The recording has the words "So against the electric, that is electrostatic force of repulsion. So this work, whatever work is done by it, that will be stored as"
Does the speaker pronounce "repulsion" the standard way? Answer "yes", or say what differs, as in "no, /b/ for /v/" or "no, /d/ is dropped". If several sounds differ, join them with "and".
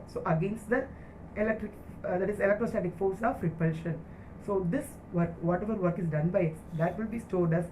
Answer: yes